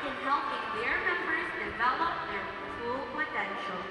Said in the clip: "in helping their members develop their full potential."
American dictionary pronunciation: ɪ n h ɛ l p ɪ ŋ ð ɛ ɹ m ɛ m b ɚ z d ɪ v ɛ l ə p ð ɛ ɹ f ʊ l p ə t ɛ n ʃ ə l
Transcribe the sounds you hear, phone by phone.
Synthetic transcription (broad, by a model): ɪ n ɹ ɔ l ɪ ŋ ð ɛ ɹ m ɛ m b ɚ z d ɪ v ɛ l ə p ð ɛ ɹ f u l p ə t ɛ n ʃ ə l